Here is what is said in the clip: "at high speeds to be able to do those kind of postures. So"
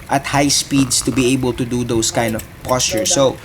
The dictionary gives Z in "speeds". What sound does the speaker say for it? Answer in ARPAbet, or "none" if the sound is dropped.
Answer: S